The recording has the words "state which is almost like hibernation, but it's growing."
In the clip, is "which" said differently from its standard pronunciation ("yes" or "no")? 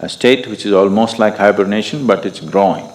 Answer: no